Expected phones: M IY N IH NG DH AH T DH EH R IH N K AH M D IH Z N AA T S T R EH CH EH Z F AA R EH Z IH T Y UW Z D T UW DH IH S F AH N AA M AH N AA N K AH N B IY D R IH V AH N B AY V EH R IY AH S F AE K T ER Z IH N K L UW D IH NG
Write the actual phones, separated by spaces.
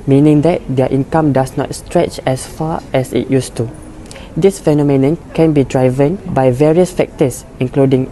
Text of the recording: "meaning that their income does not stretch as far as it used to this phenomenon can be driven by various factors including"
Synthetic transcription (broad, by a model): M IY N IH NG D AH T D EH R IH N K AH M D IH S N AA T S T R EH CH EH S F AA EH S IH T Y UW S T UW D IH S F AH N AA M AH N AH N K AH N B IY D R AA V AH N B AY V EH R IY AH S F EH K T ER S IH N K L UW D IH NG